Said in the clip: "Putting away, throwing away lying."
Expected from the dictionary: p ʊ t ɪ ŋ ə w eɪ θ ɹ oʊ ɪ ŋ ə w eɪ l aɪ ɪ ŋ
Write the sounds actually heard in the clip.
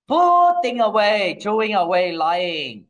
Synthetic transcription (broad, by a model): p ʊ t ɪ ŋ ə w eɪ t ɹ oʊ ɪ ŋ ə w eɪ l aɪ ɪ ŋ